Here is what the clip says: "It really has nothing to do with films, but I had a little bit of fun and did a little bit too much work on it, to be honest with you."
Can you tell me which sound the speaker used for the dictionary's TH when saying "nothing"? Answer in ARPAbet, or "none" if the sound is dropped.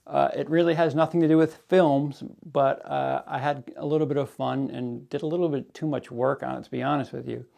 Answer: TH